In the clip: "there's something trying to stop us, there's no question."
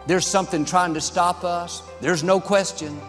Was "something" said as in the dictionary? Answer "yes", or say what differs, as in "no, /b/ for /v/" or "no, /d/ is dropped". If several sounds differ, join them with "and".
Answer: yes